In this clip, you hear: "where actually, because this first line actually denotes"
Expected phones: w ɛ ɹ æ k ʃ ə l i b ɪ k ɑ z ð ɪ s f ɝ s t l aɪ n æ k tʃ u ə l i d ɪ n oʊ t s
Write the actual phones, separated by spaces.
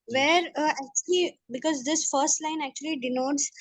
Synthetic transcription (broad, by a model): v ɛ ɹ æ k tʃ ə l i b ɪ k ɑ z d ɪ s f ɝ s t l aɪ n æ k tʃ u ə l i d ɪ n oʊ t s